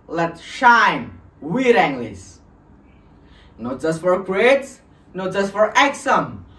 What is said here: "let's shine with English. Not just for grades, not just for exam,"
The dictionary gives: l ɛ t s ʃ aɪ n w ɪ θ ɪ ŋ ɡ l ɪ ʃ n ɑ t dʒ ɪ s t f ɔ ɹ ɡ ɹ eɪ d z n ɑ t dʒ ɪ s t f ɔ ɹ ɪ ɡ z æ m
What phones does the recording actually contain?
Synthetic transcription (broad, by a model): l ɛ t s ʃ aɪ n w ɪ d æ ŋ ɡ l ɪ s n ɑ t dʒ ɪ s t f ɔ ɹ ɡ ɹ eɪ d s n ɑ t dʒ ɪ s t f ɔ ɹ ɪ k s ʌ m